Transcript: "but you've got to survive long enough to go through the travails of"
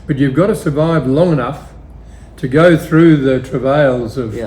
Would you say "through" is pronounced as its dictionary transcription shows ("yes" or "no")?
yes